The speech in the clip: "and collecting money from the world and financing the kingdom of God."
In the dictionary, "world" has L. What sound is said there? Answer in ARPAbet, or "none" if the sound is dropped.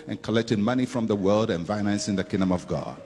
L